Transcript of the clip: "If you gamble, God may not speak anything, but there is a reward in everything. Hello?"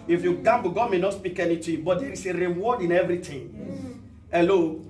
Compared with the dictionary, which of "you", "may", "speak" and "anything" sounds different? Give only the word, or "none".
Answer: anything